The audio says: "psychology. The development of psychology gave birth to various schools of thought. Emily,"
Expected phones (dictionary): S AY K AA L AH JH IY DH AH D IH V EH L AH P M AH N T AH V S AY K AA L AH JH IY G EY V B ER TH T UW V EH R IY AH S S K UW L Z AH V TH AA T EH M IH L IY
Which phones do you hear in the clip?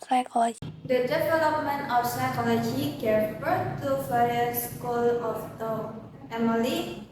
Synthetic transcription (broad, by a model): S AY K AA L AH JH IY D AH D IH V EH L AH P M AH N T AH F S AY K AA L AH JH IY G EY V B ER T UW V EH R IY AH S S K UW L AH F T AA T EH M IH L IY